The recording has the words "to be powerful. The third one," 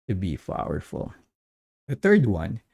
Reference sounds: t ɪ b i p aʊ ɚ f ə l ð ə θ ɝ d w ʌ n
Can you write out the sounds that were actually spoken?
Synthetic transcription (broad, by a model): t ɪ b i f aʊ ɚ f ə l ð ə θ ɝ d w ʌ n